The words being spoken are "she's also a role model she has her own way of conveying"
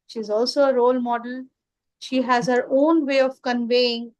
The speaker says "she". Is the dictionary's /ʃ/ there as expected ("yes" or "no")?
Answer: yes